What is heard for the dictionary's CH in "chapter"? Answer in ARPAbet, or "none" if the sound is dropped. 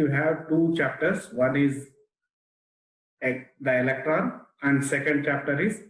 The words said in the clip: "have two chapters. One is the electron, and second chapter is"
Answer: CH